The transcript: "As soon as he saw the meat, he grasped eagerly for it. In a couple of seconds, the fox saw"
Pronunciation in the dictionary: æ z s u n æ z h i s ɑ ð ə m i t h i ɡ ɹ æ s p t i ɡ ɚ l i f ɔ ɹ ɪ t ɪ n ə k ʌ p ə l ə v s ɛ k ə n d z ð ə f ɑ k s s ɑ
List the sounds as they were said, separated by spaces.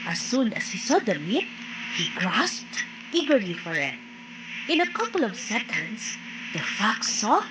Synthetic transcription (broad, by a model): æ s u n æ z h i s ɑ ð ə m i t h i ɡ ɹ æ s p t i ɡ ɚ l i f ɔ ɹ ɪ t ɪ n ə k ʌ p ə l ə v s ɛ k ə n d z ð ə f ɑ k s s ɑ